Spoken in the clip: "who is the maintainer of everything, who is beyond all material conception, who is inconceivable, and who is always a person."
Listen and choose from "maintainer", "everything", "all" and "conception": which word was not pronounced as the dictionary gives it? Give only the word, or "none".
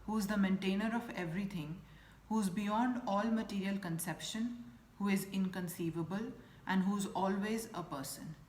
everything